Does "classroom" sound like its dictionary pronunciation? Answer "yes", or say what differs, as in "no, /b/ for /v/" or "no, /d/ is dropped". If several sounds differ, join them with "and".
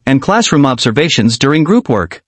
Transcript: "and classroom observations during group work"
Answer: yes